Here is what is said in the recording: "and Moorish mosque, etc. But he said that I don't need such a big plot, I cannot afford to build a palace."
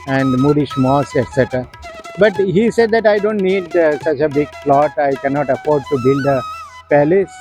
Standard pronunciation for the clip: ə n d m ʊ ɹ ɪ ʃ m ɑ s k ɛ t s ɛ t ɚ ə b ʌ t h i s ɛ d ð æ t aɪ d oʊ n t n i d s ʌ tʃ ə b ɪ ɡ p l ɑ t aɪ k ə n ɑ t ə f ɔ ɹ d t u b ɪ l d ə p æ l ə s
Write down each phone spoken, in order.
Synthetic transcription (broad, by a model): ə n d m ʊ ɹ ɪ ʃ m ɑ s ɛ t s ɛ t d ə b ʌ t h i s ɛ d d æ t aɪ d oʊ n t n i d s ʌ tʃ ə b ɪ ɡ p l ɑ t aɪ k ə n ɑ t ə f ɔ ɹ d t u b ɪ l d ə p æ l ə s